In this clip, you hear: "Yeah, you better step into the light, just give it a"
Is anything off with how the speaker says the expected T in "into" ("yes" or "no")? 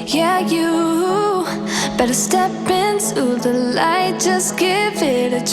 yes